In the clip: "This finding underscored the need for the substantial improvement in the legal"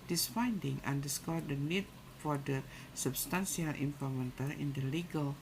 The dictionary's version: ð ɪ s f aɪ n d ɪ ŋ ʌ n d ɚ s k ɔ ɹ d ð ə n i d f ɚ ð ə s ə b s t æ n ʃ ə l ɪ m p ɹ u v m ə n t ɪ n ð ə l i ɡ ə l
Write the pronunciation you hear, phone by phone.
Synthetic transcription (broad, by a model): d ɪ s f aɪ n d ɪ ŋ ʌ n d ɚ s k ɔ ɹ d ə n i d f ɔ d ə s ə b s t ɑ n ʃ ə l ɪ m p ɔ m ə n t ɪ n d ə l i ɡ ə l